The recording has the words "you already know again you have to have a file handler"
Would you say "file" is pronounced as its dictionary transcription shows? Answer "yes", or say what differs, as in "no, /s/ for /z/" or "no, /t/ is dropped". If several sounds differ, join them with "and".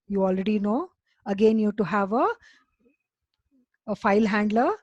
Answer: yes